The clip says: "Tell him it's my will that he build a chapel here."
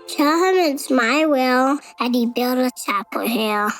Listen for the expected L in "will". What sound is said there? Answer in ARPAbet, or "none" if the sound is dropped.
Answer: L